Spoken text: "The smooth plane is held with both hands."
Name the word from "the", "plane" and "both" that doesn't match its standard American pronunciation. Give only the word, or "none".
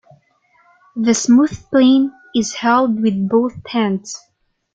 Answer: none